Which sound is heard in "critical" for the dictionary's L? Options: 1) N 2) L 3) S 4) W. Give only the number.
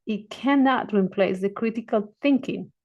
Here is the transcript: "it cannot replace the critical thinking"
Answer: 2